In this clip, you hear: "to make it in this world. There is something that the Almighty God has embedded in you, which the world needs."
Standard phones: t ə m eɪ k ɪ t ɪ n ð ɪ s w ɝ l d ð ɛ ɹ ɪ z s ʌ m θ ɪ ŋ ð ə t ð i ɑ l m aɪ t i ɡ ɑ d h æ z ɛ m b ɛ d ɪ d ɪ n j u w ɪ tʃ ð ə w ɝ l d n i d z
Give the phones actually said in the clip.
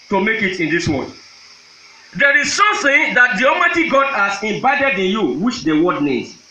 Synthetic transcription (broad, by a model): t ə m eɪ k ɪ t ɪ n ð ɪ s w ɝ n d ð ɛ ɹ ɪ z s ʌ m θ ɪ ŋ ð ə t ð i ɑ m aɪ t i ɡ ɑ d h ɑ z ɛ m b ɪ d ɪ d ɪ n j u w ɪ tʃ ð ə w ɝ d n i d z